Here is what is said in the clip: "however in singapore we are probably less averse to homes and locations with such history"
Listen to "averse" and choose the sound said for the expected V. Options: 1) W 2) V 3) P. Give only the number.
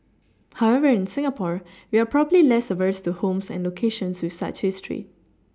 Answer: 2